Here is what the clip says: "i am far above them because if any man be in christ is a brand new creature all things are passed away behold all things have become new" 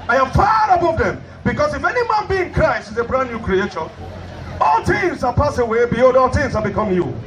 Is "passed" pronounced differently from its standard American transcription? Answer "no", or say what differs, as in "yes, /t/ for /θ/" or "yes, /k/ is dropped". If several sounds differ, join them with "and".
yes, /t/ is dropped